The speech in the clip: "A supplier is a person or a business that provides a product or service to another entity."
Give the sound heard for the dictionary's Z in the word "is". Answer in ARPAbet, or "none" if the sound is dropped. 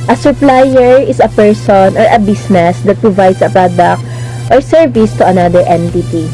S